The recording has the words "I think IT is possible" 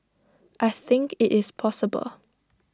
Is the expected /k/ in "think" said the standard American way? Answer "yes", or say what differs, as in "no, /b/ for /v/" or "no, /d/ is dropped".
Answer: yes